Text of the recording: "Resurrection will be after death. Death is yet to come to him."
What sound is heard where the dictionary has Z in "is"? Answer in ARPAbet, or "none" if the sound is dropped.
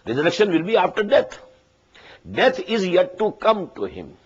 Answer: Z